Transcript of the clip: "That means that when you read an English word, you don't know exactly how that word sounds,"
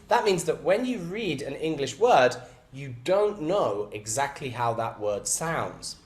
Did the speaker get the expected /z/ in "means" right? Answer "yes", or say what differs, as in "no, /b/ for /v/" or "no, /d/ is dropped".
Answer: yes